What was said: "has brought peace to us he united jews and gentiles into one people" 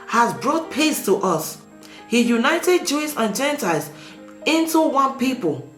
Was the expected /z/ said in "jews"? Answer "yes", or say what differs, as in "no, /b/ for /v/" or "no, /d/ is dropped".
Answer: no, /s/ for /z/